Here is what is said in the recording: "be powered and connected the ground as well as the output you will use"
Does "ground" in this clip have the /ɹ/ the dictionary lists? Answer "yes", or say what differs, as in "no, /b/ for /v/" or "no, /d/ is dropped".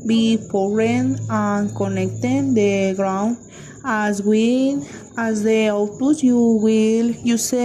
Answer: yes